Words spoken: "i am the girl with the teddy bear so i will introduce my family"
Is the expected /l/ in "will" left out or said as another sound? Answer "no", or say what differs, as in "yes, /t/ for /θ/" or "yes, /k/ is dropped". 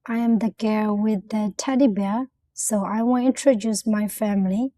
yes, /n/ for /l/